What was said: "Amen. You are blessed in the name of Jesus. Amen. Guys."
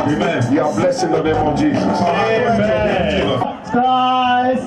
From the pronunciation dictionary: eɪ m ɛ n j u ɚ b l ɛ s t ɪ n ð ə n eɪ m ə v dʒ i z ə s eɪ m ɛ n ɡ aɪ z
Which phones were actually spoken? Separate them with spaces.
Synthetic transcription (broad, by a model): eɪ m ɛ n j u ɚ b l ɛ s ɪ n ð ə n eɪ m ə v dʒ i z ə s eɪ ɛ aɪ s